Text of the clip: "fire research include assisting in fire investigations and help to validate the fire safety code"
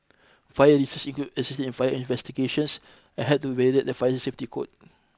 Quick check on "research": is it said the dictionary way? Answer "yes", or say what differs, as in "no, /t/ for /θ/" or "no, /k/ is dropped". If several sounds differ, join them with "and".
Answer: no, /s/ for /tʃ/